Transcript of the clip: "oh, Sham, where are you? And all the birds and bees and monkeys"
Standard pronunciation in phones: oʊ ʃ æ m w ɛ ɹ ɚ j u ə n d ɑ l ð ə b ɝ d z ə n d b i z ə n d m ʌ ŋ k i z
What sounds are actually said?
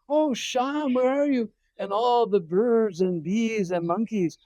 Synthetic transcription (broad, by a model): oʊ ʃ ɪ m w ɛ ɹ ɚ j u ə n ɑ l ð ə b ɝ d z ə n b i z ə n m ʌ ŋ k i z